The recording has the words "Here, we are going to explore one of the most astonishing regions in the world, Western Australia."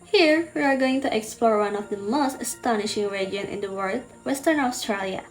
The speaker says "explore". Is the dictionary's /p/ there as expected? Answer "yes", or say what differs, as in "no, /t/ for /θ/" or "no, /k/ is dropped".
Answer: yes